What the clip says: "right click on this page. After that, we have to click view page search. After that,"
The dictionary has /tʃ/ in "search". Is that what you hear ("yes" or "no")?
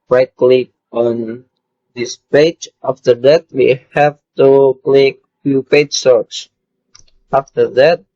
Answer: no